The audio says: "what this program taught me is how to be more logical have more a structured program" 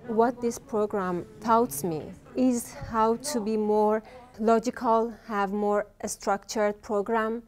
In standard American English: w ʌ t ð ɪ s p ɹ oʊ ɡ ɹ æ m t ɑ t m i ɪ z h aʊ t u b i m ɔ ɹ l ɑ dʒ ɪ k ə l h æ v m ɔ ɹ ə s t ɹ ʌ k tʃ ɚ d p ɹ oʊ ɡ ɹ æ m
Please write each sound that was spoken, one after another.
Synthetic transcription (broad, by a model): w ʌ t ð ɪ s p ɹ oʊ ɡ ɹ æ m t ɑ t m i ɪ z h aʊ t u b i m ɔ ɹ l ɑ dʒ ɪ k ə l h æ v m ɔ ɹ ə s t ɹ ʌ k tʃ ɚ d p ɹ oʊ ɡ ɹ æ m